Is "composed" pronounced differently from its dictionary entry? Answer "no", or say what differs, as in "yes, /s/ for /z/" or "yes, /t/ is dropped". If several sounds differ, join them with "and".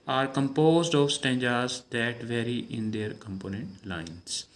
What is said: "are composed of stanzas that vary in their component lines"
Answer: no